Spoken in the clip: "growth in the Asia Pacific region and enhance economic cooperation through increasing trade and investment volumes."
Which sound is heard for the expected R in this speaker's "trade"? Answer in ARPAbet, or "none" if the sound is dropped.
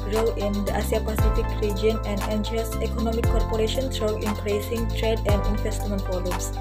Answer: R